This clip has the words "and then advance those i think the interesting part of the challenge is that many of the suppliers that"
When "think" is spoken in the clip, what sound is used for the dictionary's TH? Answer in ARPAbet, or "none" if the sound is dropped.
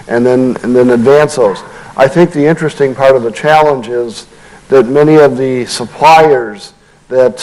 TH